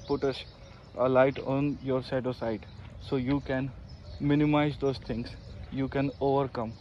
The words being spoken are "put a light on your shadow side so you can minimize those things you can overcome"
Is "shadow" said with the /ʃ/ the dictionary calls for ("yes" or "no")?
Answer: no